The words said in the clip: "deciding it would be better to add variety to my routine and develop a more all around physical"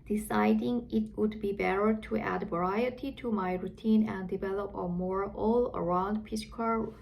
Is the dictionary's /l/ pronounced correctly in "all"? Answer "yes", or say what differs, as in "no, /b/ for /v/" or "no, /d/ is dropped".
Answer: yes